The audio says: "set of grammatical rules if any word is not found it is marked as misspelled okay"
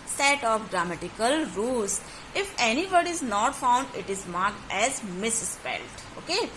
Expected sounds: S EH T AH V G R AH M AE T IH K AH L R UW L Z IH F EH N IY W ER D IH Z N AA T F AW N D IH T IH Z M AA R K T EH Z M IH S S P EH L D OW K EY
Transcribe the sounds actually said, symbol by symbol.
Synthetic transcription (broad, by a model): S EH T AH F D R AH M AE T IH K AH L R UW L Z IH F EH N IY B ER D IH Z N AA T F AW N D IH T IH Z M AA R K T EH Z M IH S S P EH L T OW K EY